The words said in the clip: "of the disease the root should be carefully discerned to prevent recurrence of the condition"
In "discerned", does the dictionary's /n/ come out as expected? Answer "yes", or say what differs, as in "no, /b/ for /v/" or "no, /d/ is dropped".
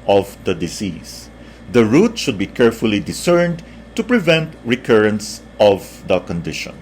yes